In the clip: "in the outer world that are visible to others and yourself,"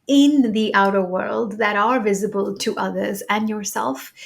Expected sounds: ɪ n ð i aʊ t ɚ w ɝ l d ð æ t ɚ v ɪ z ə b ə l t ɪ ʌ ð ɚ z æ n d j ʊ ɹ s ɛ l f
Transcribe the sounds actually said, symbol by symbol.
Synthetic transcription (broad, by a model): ɪ n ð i aʊ t ɚ w ɝ l d ð æ t ɚ v ɪ z ə b ə l t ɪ ʌ ð ɚ z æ n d j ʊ ɹ s ɛ l f